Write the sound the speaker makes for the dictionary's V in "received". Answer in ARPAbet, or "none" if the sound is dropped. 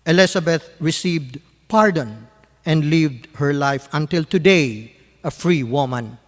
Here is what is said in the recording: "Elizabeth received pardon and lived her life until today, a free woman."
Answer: V